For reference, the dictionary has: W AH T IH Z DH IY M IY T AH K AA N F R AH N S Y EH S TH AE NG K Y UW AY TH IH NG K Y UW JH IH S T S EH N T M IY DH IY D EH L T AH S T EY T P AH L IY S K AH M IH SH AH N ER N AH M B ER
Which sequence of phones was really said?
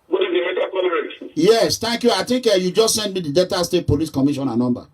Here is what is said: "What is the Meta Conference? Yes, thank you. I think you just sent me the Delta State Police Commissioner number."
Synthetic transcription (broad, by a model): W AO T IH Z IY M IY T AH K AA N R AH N Y EH S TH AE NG K Y UW AY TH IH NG K Y UW JH IH S T S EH N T M IY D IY D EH T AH S T EY T P AH L IY S K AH M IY SH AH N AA N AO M B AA